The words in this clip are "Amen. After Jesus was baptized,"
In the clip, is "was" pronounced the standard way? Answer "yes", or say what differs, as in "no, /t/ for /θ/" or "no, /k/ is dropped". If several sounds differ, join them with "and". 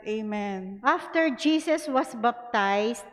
no, /s/ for /z/